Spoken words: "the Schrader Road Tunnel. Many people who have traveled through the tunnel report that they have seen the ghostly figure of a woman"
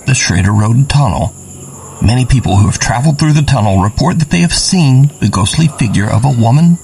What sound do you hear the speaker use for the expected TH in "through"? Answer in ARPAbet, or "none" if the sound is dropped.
TH